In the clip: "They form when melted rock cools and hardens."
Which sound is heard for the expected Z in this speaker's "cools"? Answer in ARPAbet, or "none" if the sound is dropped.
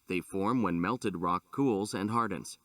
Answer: Z